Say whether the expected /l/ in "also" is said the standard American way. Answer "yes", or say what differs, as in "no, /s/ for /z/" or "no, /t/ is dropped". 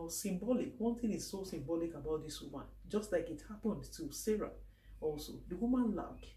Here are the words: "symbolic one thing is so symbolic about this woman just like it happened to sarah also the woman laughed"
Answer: yes